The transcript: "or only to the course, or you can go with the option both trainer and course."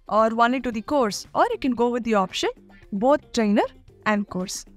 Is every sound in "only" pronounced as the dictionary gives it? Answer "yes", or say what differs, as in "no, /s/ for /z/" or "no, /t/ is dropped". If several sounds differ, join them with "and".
no, /l/ is dropped